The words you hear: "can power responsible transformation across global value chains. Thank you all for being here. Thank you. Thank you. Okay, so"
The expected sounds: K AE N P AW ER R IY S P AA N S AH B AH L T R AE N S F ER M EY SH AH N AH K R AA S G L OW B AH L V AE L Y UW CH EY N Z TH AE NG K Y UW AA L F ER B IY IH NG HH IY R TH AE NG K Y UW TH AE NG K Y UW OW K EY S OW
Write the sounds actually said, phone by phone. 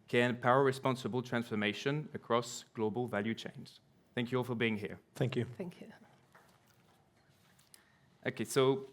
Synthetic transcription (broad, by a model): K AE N P AW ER R IY S P AA N S AH B AH L T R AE N S F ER M EY SH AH N AH K R AA S G L OW B AH L V AE L Y UW CH EY N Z TH AE NG K Y UW AA L F ER B IY IH NG HH IY R TH AE NG K Y UW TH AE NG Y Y OW K EY S OW